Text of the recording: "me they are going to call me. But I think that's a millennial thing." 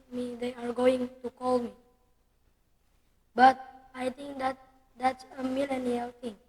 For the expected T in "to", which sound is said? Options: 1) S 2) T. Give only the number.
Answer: 2